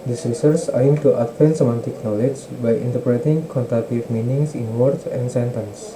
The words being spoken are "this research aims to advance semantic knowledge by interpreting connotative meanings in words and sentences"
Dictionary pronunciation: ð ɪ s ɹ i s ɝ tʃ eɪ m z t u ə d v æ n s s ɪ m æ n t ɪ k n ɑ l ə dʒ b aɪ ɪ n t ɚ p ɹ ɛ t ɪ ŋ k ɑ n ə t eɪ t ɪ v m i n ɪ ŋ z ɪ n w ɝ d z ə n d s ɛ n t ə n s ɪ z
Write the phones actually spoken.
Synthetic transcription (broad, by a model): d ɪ s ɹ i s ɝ s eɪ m t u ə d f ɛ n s s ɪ m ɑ n t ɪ k n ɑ l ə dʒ b aɪ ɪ n t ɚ p ɹ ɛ t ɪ ŋ k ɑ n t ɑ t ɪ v m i n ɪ ŋ s ɪ n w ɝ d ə n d s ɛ n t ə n s